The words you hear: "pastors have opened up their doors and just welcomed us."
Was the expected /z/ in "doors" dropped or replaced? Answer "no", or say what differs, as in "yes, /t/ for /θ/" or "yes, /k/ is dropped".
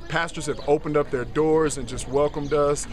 no